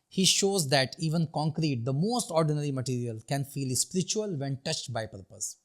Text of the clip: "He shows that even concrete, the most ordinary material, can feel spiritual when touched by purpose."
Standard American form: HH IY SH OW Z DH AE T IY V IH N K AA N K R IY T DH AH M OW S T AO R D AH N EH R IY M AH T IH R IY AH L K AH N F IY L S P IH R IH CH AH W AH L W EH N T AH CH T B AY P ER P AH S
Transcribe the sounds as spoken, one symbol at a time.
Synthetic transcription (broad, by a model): HH IY SH OW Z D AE T IY V IH N K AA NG K R IY T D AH M OW S T AO R D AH N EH R IY M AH T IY R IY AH L K AH N F IY L S P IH R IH CH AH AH L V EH N T AH CH T B AY P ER P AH S